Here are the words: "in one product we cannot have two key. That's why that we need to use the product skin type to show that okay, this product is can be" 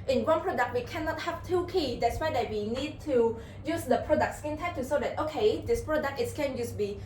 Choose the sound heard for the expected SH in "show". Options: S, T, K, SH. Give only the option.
S